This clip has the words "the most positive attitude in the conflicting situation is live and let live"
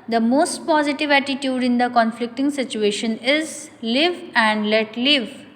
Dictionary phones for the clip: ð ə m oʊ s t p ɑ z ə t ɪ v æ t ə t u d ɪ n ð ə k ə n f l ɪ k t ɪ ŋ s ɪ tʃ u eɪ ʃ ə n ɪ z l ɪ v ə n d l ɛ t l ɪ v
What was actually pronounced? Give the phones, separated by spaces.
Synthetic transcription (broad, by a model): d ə m oʊ s t p ɑ z ə t ɪ v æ t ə t u d ɪ n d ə k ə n f l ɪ k t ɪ ŋ s ɪ tʃ u eɪ ʃ ə n ɪ z l ɪ v ə n d l ɛ t l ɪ v